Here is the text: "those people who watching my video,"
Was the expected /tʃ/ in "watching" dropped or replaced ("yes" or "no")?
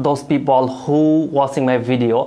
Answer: yes